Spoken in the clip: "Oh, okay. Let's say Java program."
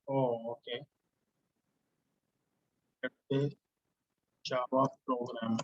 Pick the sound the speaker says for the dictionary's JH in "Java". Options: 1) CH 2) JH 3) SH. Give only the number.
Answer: 1